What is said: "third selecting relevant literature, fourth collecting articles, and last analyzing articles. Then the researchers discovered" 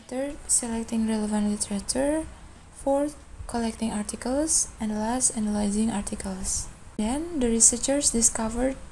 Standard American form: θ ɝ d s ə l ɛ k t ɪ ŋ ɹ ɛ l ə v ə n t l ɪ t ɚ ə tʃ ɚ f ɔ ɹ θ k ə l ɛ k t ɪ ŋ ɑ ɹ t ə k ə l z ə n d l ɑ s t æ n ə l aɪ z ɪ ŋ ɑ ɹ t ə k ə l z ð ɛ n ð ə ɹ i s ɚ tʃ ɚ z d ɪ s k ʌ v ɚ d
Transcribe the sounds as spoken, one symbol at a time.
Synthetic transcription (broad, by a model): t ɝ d s ə l ɛ k t ɪ ŋ ɹ ɛ l ə v ə n t l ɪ t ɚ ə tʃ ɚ f ɔ ɹ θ k ə l ɛ k t ɪ ŋ ɑ ɹ t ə k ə l s ə n d l ɑ s t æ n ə l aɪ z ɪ ŋ ɑ ɹ t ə k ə l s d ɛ n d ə ɹ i s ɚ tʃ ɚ s d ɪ s k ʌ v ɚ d